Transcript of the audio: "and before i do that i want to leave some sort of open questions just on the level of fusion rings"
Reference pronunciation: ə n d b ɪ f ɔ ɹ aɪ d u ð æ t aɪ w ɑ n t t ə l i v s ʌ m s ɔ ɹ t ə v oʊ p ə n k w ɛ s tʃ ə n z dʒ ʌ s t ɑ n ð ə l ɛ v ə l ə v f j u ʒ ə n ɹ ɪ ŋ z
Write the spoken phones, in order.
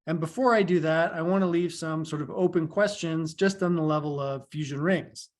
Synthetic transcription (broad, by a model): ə n b ɪ f ɔ ɹ aɪ d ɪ ð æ t aɪ w ɑ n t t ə l i v s ʌ m s ɔ ɹ t ə v oʊ p ə n k w ɛ s tʃ ə n z dʒ ʌ s t n ð ə l ɛ v ə l ə v f j u ʒ ə n ɹ ɪ ŋ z